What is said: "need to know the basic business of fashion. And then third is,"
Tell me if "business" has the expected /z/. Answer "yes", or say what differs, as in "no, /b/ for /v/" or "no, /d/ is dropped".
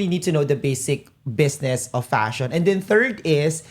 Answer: no, /s/ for /z/